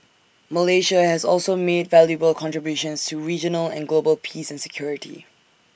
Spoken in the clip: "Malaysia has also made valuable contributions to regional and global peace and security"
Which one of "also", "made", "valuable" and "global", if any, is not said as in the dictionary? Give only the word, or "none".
none